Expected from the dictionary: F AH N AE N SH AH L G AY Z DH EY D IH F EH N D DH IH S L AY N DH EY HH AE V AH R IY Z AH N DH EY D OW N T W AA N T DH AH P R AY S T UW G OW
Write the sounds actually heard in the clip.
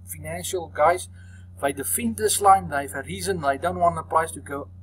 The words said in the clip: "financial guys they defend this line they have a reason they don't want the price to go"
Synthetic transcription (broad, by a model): F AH N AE N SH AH L G AY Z DH EY D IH F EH N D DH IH S L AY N DH EY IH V AH R IY Z AH N DH EY D OW N T W AA N T DH AH P L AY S T UW G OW